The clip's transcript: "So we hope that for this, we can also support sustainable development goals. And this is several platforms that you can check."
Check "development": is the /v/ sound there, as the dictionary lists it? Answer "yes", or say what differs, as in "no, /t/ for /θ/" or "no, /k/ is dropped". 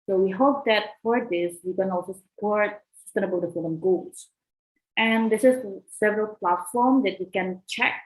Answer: no, /f/ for /v/